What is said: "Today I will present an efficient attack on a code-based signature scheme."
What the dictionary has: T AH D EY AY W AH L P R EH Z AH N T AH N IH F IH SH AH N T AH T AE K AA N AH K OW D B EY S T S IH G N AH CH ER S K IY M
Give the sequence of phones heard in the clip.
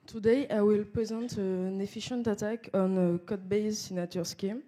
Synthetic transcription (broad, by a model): T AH D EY AY W AH L P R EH Z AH N T AH N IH F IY SH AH N T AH T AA K AA N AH K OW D B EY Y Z S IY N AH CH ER S K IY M